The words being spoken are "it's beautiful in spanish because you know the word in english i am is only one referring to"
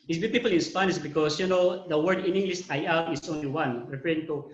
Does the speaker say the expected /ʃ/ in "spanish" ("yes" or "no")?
no